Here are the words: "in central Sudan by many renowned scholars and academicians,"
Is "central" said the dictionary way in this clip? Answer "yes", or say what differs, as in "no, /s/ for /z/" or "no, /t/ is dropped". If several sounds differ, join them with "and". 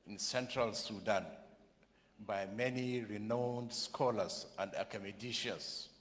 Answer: yes